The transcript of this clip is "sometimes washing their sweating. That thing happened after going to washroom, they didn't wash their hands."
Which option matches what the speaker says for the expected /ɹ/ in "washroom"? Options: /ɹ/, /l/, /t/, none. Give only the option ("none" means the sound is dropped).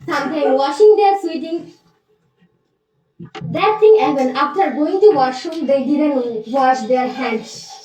none